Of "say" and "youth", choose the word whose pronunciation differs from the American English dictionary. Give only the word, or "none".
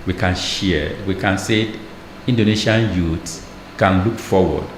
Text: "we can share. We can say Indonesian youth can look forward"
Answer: youth